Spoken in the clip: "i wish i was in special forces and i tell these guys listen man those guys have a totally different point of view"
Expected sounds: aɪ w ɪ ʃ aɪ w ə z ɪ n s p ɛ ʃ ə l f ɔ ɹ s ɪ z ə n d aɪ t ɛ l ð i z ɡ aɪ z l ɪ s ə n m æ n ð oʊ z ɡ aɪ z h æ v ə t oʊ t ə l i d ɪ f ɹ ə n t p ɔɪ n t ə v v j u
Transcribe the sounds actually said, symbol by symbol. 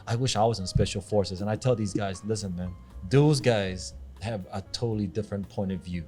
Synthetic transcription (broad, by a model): aɪ w ɪ ʃ aɪ w ə z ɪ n s p ɛ ʃ l f ɔ ɹ s ɪ z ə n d aɪ t ɛ l ð i z ɡ aɪ z l ɪ s ə n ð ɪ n ð oʊ z ɡ aɪ z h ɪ v ə t oʊ t l i d ɪ f ɹ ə n p ɔɪ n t ə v v j u